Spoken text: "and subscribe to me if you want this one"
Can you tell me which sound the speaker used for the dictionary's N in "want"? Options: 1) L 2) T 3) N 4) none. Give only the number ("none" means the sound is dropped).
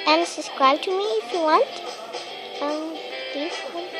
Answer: 3